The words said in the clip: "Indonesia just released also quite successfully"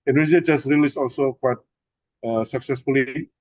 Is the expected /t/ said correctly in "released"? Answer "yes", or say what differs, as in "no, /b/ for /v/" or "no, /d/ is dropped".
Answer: no, /t/ is dropped